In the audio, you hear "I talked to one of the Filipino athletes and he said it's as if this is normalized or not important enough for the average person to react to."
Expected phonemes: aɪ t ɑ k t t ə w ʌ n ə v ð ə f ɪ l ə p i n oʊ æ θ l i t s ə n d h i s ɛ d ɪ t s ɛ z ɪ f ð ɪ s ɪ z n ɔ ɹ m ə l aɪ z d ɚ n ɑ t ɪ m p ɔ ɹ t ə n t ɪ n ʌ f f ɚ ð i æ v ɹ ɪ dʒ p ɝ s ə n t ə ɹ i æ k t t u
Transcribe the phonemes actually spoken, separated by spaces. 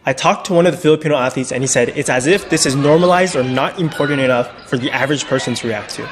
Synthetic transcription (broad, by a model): aɪ t ɑ k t t ə w ʌ n ə v ð ə f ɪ l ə p i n oʊ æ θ i t s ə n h i s ɛ d ɪ t s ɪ z ɪ f ð ɪ s ɪ z n ɔ ɹ m ə l aɪ z d ɚ n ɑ t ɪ m p ɔ ɹ t n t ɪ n ʌ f f ɚ ð i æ v ɹ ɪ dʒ p ɝ s ə n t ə ɹ i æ k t t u